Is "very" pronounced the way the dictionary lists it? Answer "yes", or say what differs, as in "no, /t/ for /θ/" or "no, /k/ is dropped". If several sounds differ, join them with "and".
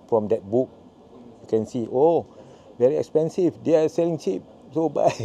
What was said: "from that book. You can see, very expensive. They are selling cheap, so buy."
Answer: yes